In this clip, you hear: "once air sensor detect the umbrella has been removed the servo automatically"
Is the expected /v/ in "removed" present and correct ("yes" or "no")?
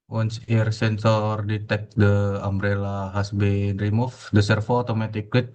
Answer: no